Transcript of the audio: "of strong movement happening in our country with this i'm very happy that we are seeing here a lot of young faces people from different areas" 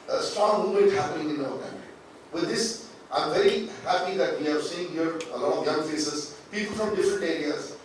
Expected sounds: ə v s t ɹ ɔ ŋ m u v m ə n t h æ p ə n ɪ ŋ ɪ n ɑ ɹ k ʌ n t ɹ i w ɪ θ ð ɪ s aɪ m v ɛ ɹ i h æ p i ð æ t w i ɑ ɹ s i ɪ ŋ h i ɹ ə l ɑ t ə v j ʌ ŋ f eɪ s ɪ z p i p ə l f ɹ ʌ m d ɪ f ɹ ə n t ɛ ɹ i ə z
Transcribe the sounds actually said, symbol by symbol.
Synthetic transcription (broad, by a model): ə s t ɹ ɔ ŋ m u m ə t h æ p ə n ɪ ŋ ɪ n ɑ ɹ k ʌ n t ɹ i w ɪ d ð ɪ s aɪ m v ɛ ɹ i h æ p i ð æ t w i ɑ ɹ s i ɪ ŋ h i ɹ ə l ɑ t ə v j ʌ ŋ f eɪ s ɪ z p i p ə l f ɹ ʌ m d ɪ f ɹ ə n t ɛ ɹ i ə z